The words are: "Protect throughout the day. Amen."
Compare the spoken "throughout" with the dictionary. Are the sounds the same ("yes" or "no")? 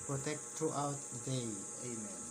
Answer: no